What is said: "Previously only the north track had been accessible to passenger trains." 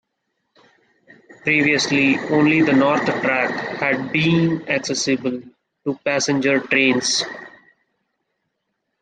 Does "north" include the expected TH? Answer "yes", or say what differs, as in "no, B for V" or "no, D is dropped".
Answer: no, T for TH